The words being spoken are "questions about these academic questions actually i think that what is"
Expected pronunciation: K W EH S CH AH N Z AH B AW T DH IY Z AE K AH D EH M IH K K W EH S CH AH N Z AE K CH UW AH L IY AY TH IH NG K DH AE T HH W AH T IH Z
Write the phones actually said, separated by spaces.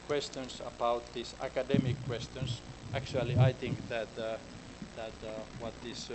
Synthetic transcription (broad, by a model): K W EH S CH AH N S AH B AW T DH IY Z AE K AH D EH M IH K K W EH S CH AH N S AE K CH UW AH L IY AY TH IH NG K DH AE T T W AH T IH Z